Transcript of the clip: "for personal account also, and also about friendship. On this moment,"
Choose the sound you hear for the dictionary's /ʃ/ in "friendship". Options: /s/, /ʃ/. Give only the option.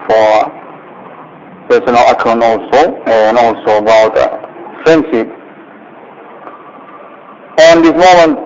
/s/